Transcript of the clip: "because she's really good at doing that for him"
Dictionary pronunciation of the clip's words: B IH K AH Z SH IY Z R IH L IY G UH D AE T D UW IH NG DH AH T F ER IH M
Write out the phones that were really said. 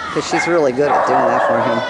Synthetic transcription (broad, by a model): K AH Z SH IY Z R IH L IY G UH D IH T D UW IH NG DH AH T F ER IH M